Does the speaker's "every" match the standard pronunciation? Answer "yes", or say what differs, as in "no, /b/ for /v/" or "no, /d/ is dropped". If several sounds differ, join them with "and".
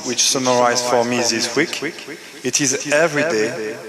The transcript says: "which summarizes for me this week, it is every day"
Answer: yes